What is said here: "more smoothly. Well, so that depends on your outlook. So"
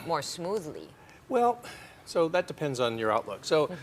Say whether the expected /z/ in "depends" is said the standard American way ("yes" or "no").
yes